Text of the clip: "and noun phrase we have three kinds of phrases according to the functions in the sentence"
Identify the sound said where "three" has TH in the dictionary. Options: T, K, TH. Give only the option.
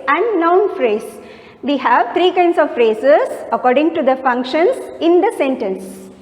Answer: T